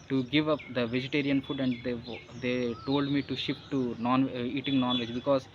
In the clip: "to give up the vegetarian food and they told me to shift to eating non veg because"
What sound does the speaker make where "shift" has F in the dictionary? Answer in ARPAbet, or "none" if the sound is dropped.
P